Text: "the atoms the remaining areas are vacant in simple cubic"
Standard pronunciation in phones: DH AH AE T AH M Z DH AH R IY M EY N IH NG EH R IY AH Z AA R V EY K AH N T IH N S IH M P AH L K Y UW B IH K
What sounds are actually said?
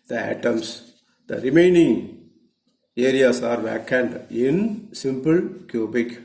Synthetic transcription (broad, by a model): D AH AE T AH M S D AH R IY M EY N IH NG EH R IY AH S AA R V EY K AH N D IH N S IH M P AH L K Y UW B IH K